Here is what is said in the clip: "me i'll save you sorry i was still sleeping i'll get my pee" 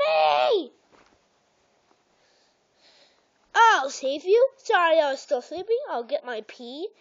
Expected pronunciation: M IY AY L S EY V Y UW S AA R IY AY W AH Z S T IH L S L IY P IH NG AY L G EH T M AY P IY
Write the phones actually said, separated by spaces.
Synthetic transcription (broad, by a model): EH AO AY L S EY V Y UW S AA R IY AY W AH Z S T IH L S L IY P IH NG AY L G EH T M AY P IY